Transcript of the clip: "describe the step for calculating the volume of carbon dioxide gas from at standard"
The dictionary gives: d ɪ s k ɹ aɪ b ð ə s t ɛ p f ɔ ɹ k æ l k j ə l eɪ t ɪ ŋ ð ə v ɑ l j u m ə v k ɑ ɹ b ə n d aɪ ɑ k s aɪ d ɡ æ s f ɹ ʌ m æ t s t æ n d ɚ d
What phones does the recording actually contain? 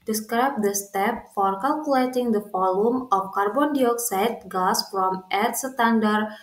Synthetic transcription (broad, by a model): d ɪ s k ɹ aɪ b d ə s t ɛ p f ɔ ɹ k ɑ l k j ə l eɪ t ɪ ŋ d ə f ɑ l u m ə f k ɑ ɹ b ə n d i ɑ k s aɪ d ɡ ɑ s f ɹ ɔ m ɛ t s t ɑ n d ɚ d